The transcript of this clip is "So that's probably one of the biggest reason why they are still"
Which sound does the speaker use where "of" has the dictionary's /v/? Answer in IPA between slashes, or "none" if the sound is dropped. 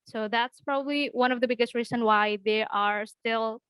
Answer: /v/